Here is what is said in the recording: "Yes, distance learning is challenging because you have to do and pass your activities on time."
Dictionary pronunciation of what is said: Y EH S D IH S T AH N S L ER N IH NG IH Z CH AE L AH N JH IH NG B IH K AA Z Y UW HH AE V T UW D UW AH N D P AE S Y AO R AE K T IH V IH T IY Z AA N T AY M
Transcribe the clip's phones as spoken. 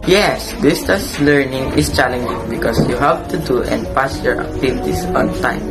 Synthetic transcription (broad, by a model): Y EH S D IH S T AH S L ER N IH NG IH S CH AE L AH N JH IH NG B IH K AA S Y UW HH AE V T UW D UW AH N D P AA S Y AO R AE K T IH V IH T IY S AA N T AY M